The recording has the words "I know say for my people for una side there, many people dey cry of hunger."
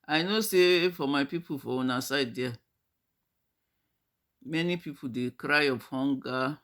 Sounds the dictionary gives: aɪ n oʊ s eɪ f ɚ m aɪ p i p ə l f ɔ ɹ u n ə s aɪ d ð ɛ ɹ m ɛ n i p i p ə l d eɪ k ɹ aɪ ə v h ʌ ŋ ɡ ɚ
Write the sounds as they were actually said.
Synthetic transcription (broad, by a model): aɪ n oʊ s eɪ f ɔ m aɪ p i p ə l f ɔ w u n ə s aɪ d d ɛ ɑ m ɛ n i p i p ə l d eɪ k ɹ aɪ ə p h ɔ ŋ ɡ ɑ